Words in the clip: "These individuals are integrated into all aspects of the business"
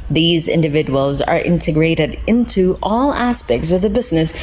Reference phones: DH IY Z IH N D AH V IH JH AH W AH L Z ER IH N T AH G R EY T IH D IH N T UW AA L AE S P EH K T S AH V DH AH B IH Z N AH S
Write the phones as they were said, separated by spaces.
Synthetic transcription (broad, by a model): DH IY Z IH N D AH V IH JH AH W AH L Z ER IH N T AH G R EY T IH D IH N T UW AA L AE S P EH K T S AH V DH AH B IH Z N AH S